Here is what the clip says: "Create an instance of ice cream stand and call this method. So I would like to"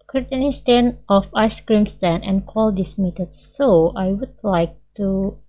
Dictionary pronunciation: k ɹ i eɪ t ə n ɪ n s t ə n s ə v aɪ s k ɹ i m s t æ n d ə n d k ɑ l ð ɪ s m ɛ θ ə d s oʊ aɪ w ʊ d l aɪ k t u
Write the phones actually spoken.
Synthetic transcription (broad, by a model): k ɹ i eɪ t ə n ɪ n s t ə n ə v aɪ s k ɹ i m s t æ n ə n k ɑ l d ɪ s m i t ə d s oʊ aɪ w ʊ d l aɪ k t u